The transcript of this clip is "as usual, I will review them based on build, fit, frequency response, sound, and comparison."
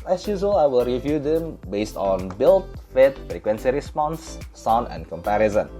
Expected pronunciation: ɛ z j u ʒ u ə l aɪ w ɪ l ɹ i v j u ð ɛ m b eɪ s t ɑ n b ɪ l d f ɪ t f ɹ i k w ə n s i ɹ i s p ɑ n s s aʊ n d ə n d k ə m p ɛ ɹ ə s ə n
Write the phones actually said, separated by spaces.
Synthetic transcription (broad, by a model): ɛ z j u z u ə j w ɪ l ɹ i v j u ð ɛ m b eɪ s t ɑ n b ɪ l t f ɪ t f ɹ i k w ə n s i ɹ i s p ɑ n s s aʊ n ə n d k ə m p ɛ ɹ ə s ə n